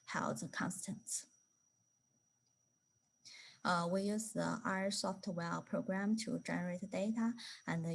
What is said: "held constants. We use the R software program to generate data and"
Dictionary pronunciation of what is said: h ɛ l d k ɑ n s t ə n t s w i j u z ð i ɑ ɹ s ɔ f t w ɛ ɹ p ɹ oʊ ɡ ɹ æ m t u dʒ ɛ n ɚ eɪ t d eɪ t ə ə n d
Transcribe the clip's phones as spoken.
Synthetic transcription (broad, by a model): h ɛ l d k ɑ n s t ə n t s w i j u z ð i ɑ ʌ s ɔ f t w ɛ l p ɹ oʊ ɡ ɹ æ m t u dʒ ɛ n ɚ eɪ t d eɪ t ə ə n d